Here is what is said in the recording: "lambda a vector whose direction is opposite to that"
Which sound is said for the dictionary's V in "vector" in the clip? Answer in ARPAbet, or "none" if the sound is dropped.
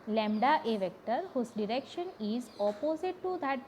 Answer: V